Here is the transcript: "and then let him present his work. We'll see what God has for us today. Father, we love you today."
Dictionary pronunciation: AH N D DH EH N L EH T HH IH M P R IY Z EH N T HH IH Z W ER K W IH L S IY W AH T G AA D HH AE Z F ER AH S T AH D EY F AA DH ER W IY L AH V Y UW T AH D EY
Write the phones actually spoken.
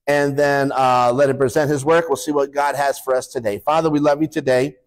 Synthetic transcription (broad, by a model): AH N DH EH N L EH T HH IH M P R IY Z EH N T HH IH Z W ER K W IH L S IY W AH T G AA D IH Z F ER AH S T AH D EY F AA DH ER W IY L AH V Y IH T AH D EY